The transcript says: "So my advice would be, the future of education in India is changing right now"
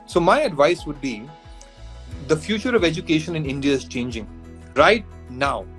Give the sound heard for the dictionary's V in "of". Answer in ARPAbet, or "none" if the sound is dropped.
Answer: V